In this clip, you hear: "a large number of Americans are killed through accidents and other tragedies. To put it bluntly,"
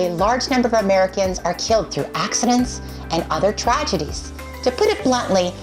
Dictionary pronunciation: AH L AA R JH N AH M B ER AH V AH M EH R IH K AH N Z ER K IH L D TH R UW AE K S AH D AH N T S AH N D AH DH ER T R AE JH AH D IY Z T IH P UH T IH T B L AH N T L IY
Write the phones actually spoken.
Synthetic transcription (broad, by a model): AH L AA R JH N AH M B ER AH V AH M EH R IH K AH N Z ER K IH L D TH R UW AE K S AH D AH N T S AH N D AH DH ER T R AE JH AH D IY Z T IH P UH T IH T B L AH N T L IY